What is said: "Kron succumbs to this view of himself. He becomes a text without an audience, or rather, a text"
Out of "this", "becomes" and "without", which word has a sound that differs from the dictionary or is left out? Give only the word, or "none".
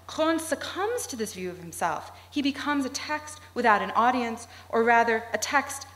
none